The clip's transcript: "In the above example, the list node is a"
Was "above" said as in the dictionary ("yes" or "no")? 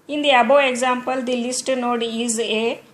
no